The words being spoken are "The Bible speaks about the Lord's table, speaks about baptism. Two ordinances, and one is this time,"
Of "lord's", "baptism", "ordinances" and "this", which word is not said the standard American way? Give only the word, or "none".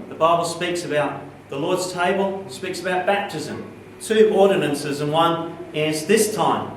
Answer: none